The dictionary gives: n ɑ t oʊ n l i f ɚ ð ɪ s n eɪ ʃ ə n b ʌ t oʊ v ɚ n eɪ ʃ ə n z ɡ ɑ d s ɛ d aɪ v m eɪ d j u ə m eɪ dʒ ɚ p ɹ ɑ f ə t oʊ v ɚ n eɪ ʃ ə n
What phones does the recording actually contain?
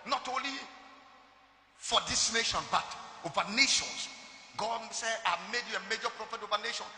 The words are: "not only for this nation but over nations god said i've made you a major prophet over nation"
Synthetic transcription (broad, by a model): n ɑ t oʊ n l i f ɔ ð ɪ s n eɪ ʃ ə n b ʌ t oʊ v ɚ n eɪ ʃ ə n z ɡ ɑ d s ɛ aɪ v m eɪ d j u ə m eɪ dʒ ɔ p ɹ ɑ f ə t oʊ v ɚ n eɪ ʃ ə n